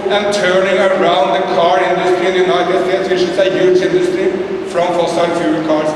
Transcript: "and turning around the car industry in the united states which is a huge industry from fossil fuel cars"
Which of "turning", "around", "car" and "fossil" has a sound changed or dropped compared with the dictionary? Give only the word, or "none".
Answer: fossil